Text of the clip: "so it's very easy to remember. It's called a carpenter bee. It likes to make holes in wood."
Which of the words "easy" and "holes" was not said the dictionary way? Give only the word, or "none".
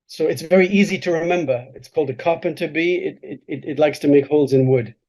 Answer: none